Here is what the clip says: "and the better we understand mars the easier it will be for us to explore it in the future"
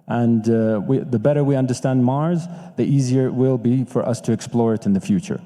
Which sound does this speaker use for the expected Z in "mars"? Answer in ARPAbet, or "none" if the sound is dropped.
Z